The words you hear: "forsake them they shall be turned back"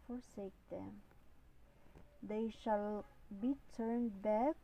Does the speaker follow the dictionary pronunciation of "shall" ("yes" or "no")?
yes